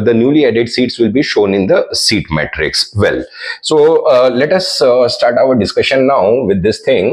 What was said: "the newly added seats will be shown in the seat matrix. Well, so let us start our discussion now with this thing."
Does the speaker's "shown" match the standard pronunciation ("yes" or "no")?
yes